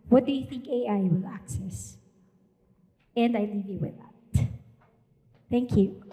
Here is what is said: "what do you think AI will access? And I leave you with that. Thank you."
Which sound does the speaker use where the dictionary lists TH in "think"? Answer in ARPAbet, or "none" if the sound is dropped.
TH